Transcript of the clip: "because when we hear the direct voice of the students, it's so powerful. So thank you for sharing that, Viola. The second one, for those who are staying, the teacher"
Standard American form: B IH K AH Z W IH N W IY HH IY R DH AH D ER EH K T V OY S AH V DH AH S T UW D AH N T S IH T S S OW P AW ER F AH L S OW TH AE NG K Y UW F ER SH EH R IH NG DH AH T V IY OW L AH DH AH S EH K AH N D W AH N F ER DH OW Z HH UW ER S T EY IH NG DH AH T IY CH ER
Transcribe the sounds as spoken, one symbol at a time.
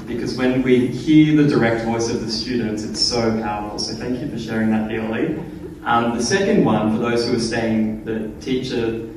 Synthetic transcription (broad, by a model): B IH K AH Z W IH N W IY HH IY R DH AH D ER EH K T V OY S AH V DH AH S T UW D N T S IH T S S OW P AW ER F L S OW TH AE NG K Y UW F ER SH EH R IH NG DH AH T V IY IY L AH DH AH S EH K AH N D W AH N F ER DH OW Z HH UW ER S T EY IH NG DH AH T IY CH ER